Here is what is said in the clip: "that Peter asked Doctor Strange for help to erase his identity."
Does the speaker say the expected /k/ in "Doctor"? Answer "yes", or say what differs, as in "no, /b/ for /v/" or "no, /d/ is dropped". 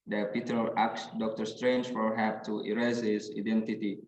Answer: yes